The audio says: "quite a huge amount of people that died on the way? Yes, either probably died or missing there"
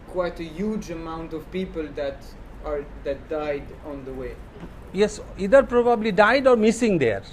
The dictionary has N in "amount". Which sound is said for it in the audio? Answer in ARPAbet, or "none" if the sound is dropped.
N